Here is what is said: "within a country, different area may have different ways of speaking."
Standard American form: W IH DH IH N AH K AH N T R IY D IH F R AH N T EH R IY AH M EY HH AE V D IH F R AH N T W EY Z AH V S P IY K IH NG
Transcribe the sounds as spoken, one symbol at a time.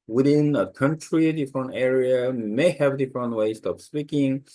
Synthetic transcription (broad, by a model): W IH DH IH N AH K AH N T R IY D IH F R AH N T EH R IY AH M EY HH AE V D IH F R AH N T W EY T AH P S P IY K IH NG